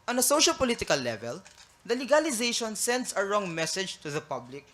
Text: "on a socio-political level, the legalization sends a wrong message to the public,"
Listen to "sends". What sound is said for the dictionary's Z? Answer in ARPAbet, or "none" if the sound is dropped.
S